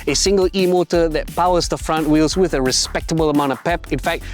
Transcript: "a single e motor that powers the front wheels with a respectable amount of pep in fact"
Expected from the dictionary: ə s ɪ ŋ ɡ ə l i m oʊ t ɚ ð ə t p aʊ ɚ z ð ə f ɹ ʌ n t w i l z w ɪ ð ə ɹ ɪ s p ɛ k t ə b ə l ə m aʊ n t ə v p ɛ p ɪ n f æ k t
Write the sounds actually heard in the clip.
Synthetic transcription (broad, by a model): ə s ɪ ŋ ɡ ə l i m oʊ t ɚ ð ə t p aʊ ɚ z ð ə f ɹ ʌ n t w i l z w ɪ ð ə ɹ ɪ s p ɛ k t ə b ə l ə m aʊ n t ə v p ɛ p ɪ n f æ k t